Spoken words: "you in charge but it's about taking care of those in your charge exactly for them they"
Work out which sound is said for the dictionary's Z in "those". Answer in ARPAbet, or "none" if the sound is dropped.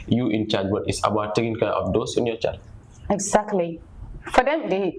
S